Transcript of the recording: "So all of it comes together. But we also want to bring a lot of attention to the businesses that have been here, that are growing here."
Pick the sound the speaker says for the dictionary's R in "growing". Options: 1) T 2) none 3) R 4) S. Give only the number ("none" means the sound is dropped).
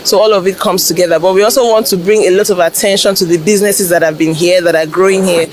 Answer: 3